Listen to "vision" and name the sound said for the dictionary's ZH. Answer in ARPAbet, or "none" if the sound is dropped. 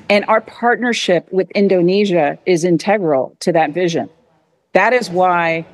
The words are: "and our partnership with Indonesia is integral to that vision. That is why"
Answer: ZH